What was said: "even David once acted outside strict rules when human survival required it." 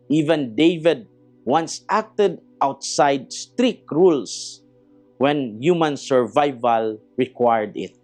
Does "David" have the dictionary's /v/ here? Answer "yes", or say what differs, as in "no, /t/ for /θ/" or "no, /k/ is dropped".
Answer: yes